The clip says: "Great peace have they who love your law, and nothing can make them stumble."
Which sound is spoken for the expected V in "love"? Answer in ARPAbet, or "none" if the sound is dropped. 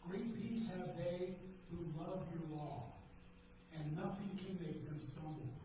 V